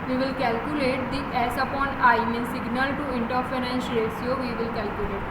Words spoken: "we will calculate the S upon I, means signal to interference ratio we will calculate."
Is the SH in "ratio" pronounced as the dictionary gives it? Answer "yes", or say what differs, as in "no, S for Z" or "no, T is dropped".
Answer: no, S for SH